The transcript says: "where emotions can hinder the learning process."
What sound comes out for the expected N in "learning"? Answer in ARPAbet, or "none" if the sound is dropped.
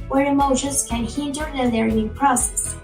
none